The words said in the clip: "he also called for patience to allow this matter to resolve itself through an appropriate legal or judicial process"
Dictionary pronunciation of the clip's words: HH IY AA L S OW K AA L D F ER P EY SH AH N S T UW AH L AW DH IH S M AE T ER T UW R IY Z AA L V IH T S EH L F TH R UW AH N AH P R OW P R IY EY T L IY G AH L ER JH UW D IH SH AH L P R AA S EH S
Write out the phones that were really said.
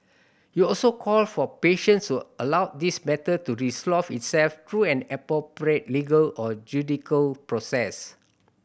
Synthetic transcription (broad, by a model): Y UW AA L S OW K AA L F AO P EY SH AH N S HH UW AH L AW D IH S M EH T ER T UW R IY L AA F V IH T S EH L F T R UW AH N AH P R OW P R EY T L IY G AH L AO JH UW D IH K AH L P R AA S EH S